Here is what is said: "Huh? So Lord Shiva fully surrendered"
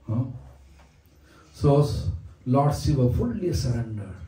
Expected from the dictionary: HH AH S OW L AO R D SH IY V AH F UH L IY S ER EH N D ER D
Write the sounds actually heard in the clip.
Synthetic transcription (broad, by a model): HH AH S OW L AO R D S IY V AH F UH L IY S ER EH N D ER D